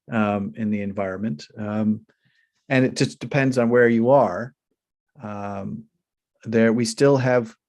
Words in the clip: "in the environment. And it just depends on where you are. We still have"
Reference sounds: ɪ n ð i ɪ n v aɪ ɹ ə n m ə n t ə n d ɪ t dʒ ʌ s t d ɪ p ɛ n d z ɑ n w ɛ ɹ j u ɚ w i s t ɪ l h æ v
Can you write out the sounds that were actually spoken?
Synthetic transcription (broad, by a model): ɪ n ð i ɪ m v aɪ ɹ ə n m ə n t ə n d ɪ t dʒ ʌ s d ɪ p ɛ n d z n w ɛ ɹ j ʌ ɚ w i s t ɪ l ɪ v